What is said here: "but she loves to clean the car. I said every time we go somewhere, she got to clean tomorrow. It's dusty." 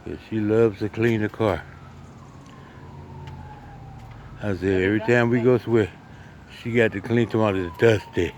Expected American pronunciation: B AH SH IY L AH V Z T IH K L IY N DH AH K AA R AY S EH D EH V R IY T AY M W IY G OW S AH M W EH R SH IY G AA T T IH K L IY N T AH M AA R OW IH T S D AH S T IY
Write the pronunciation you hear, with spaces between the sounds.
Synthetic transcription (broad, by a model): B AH SH IY L AH V Z T IH K L IY N DH AH K AA R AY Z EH EH V R IY T AY M W IY G OW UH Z W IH SH IY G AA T T IH K L IY N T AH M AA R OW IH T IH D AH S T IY